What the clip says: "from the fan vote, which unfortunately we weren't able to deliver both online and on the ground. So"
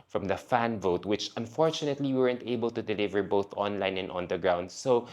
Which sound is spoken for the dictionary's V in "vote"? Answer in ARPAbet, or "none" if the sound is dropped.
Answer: V